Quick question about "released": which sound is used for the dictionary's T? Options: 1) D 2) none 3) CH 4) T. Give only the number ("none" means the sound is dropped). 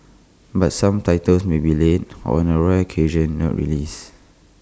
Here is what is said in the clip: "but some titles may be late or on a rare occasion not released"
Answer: 2